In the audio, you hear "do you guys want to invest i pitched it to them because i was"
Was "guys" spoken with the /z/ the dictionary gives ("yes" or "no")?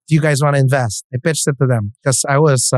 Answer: yes